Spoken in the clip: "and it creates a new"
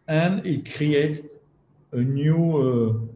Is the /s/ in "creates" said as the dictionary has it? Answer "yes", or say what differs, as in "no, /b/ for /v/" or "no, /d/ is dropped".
no, /s/ is dropped